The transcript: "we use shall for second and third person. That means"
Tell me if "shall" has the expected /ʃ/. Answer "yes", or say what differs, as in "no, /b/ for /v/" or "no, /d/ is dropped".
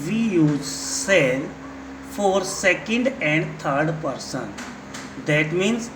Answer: no, /s/ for /ʃ/